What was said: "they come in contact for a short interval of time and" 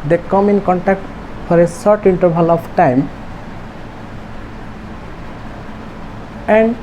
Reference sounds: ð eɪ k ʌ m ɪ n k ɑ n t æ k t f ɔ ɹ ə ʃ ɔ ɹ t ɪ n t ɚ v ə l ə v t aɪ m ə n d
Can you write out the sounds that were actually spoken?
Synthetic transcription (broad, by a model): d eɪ k ʌ m ɪ n k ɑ n t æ k t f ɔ ɹ ə s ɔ ɹ t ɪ n t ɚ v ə l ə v t aɪ m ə n d